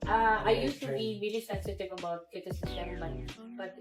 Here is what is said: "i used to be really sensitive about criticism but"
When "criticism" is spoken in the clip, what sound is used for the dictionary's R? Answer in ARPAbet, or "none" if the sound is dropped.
none